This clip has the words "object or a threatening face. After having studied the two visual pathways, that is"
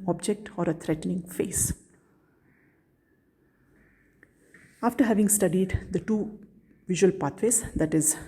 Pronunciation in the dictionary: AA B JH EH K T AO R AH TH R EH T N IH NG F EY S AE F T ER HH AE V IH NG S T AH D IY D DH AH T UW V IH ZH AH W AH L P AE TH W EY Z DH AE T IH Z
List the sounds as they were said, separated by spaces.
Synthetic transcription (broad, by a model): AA B JH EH K T AO R AH T R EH T N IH NG F EY S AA F T ER HH AE V IH NG S T AH D IY D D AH T UW V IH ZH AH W AH L P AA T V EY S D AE T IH Z